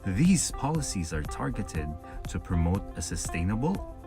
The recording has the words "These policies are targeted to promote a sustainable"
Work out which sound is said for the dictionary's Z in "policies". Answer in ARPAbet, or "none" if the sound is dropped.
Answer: Z